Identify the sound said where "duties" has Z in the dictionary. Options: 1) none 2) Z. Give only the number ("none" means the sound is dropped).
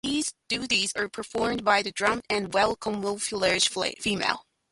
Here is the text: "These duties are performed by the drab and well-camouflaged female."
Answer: 2